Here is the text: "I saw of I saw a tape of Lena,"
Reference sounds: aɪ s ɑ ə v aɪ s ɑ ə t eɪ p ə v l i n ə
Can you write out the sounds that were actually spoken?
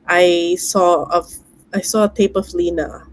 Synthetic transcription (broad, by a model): aɪ s ɑ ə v aɪ s ɑ ə t eɪ p ə v l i n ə